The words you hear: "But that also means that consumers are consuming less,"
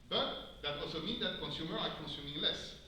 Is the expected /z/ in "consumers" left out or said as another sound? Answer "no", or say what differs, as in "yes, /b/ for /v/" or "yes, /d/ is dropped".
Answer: yes, /z/ is dropped